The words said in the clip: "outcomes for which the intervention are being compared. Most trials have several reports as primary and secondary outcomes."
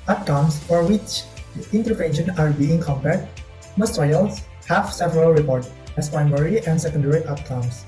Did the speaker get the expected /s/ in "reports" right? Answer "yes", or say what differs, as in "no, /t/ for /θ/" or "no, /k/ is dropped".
no, /s/ is dropped